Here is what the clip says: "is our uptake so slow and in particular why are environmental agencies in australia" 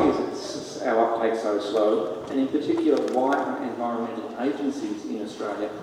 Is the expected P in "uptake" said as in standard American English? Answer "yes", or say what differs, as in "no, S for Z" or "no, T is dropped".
yes